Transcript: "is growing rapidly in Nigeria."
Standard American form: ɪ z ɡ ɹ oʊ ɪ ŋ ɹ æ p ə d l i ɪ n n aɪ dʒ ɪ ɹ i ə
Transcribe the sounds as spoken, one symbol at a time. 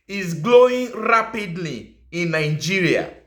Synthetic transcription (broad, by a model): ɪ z ɡ l oʊ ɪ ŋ ɹ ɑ p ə d l i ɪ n n aɪ dʒ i ɹ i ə